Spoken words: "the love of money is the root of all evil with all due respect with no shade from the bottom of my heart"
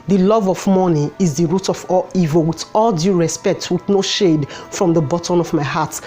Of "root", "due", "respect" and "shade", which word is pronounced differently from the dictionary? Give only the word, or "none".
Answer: none